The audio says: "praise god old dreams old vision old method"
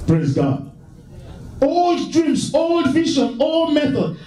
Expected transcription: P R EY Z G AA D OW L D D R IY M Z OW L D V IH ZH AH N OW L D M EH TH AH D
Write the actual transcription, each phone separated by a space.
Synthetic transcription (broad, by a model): P R EY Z G AA D OW L D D R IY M S OW L D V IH SH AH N OW L D M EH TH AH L